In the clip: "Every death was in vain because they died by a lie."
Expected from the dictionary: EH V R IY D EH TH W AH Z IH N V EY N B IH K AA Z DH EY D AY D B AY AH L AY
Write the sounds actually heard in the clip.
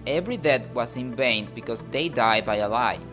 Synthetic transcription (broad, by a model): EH V R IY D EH T W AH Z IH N V EY N B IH K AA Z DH EY D AY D B AY AH L AY